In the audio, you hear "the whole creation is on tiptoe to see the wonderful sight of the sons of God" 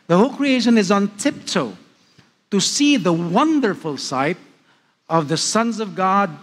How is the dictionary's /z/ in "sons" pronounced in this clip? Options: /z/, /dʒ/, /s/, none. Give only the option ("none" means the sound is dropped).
/z/